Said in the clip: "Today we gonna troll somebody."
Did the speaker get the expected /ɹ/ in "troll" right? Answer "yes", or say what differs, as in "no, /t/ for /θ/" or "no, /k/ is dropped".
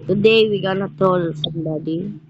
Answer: no, /ɹ/ is dropped